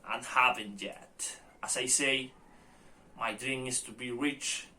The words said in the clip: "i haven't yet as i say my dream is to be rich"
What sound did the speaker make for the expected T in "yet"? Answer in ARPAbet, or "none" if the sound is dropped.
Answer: T